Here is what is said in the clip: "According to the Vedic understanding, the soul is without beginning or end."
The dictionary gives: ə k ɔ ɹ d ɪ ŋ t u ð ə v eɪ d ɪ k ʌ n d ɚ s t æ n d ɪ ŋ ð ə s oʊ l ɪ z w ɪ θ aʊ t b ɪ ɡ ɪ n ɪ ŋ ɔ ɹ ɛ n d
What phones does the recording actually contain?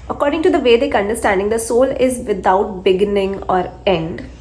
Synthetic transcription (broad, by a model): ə k ɔ ɹ d ɪ ŋ t u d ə v eɪ d ɪ k ʌ n d ɚ s t æ n d ɪ ŋ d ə s oʊ l ɪ z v ɪ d aʊ t b ɪ ɡ ɪ n ɪ ŋ ɔ ɹ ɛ n d